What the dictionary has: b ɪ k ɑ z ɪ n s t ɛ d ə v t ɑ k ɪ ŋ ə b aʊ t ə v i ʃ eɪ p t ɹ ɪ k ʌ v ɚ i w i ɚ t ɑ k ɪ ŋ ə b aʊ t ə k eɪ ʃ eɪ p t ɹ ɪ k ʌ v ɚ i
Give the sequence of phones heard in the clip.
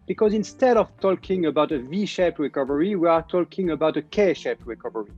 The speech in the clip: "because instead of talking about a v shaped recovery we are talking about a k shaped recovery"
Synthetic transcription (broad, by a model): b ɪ k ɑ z ɪ n s t ɛ d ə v t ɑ k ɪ ŋ ə b aʊ t ə v i ʃ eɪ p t ɹ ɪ k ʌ v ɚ i w i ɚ t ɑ k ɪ ŋ ə b aʊ t ə k eɪ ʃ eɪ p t ɹ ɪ k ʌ v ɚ i